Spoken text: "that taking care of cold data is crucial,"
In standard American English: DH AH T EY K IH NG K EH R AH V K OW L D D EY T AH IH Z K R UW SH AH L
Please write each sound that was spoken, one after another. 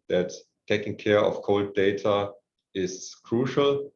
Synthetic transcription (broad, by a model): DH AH T EY K IH NG K EH R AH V K OW L D D EY T AH IH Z K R UW SH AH L